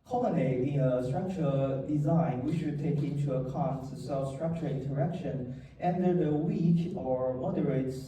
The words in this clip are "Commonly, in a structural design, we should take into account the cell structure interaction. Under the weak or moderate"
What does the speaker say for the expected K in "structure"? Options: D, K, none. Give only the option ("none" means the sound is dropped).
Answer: K